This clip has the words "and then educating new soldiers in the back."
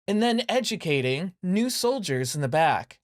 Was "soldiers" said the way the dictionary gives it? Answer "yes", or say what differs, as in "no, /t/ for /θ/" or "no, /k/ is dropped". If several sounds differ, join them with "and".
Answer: yes